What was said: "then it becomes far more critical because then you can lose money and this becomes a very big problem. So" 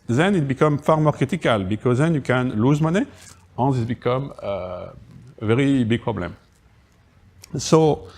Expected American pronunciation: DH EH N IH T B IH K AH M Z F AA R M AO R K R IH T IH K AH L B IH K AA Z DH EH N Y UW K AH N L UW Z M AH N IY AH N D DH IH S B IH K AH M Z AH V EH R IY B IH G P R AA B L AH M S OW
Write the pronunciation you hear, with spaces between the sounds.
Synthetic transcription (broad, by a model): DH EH N IH T B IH K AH M F AA R M AO R K IH T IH K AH L B IH K AA Z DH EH N Y UW K AH N L UW Z M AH N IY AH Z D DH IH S B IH K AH M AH AH V EH R IY B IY G P R AA B L AH M S OW